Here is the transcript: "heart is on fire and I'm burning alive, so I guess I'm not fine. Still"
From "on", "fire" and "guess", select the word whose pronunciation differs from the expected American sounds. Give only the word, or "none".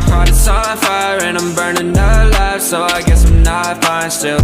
on